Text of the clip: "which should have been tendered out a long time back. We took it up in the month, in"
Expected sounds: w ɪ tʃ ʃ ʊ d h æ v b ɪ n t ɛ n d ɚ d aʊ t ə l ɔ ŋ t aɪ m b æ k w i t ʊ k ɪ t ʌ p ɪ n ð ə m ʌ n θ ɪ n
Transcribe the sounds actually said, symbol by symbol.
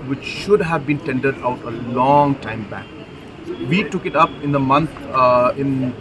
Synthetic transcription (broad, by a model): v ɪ tʃ ʃ ʊ d h æ v b ɪ n t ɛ n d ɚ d aʊ t ə l ɔ ŋ t aɪ m b æ k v i t ʊ k ɪ t ʌ p ɪ n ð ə m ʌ n t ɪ n